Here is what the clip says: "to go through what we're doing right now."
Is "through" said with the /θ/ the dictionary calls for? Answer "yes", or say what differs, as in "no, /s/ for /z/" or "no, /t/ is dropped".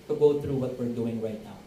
no, /t/ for /θ/